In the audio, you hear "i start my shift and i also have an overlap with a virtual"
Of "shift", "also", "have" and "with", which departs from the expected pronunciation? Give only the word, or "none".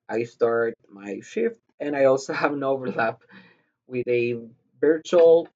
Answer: none